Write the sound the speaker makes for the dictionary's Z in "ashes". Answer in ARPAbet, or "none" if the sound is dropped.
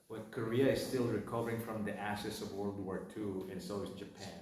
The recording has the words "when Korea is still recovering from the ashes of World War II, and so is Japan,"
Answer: S